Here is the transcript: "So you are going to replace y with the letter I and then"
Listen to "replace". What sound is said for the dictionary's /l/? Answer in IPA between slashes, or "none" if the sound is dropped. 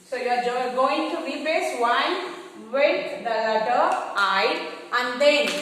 none